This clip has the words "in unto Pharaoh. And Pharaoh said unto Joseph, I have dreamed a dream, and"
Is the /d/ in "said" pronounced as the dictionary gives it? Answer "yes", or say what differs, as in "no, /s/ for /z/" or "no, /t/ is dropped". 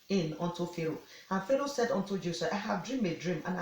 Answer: yes